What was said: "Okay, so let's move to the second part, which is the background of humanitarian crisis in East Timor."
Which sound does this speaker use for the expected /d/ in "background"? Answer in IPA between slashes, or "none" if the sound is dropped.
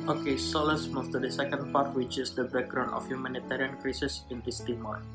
none